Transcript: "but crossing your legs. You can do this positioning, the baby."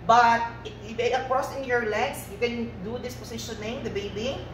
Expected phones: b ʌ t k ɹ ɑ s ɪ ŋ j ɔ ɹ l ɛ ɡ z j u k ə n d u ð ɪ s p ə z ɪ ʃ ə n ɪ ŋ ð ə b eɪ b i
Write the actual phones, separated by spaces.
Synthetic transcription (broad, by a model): b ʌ t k ɹ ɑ s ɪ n j ɔ ɹ l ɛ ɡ s j u k ə n d u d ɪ s p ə s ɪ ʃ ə n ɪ ŋ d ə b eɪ b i